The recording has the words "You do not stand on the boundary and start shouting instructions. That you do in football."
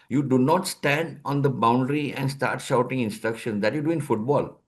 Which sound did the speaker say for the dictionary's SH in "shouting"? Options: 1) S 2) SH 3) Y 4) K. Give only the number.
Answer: 2